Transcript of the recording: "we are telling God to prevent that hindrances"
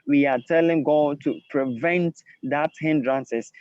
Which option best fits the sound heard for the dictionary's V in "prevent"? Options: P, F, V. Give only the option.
V